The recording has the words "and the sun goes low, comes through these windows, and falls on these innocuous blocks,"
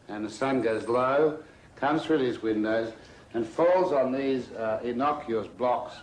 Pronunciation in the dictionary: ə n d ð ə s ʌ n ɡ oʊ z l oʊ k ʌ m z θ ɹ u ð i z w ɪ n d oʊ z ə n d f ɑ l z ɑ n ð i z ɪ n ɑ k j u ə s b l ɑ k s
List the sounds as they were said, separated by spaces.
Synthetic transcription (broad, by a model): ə n ð ə s ʌ n ɡ oʊ z l oʊ k ʌ m z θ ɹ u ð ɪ z w ɪ n d oʊ z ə n f ɑ l z n ð i z ɪ n ɑ k j u ə s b l ɑ k s